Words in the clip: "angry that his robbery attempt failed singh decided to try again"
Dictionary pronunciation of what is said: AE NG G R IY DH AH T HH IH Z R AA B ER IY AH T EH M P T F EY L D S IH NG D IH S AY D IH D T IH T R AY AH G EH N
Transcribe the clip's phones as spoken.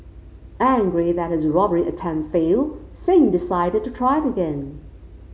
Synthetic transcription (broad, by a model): AE NG G R IY DH AH T HH IH Z R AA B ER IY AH T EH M F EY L S IH NG D IH S AY D IH D T IH T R AY AH G EH N